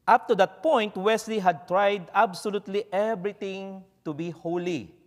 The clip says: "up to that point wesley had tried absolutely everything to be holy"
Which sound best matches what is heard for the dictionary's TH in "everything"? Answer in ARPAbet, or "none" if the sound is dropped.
T